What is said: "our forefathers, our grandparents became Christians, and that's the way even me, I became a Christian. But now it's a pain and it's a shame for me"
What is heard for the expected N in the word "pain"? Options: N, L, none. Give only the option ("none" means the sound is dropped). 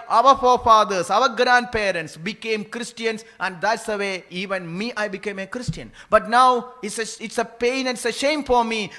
none